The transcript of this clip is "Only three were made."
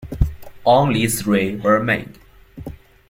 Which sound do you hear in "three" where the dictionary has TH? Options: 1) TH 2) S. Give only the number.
2